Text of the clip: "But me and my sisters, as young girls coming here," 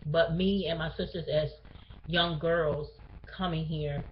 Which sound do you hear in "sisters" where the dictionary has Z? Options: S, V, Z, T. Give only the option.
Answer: Z